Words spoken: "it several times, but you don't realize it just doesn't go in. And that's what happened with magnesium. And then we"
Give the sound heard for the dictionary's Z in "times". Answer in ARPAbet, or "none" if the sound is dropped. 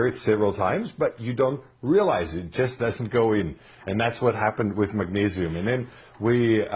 Z